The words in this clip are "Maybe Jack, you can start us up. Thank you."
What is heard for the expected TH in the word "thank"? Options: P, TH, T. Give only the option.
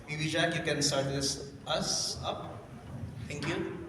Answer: T